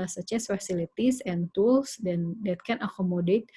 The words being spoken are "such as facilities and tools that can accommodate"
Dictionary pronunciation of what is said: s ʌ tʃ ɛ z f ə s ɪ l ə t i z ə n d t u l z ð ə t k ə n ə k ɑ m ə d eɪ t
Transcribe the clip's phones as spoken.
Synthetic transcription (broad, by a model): s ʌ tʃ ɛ s f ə s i l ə t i s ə n t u l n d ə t k ə n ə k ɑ m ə d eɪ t